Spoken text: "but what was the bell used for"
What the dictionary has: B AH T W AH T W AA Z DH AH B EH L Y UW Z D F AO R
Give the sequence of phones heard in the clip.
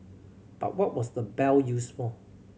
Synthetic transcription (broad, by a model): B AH T W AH T W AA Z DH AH B EH L Y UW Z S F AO L